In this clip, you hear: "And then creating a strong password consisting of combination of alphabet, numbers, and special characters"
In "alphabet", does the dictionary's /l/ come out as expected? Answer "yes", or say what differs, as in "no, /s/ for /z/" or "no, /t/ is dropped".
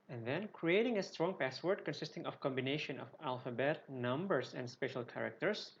yes